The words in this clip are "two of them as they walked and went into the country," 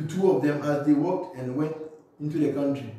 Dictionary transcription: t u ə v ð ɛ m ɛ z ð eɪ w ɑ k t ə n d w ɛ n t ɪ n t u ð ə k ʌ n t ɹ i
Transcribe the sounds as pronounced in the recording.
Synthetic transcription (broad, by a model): t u ə v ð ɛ m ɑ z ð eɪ w ɑ k t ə n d w ɛ n t ɪ n t u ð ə k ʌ n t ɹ i